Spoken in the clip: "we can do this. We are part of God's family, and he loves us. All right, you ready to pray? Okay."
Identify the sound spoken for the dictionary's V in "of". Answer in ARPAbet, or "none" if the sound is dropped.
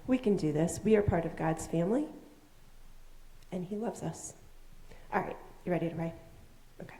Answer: V